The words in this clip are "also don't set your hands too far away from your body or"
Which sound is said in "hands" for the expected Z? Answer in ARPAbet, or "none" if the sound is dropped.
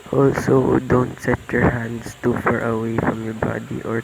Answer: S